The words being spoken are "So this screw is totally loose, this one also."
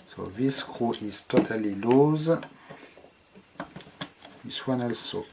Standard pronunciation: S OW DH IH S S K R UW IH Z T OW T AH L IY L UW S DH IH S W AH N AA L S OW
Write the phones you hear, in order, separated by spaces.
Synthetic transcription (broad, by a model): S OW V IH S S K UW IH S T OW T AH L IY L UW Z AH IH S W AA N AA L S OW